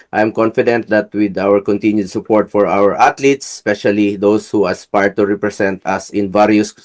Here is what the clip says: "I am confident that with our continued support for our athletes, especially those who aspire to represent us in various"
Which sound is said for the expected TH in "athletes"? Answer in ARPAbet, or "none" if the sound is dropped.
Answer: T